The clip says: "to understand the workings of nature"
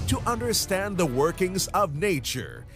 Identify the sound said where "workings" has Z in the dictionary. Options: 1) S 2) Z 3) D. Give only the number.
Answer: 2